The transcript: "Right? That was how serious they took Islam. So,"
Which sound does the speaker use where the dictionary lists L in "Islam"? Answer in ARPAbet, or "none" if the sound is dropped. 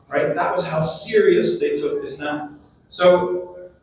N